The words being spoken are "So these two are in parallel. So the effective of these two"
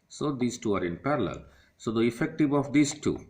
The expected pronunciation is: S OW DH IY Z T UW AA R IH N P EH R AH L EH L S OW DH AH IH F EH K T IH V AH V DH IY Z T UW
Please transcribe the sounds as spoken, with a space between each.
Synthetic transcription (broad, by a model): S OW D IY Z T UW AA R IH N P EH R AH L EH L S OW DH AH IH F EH K T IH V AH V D IY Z T UW